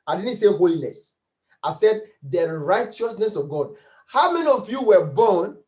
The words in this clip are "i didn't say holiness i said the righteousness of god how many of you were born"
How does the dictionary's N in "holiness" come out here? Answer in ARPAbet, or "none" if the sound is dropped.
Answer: L